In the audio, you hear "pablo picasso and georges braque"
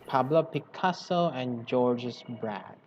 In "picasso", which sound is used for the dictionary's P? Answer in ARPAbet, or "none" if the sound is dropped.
P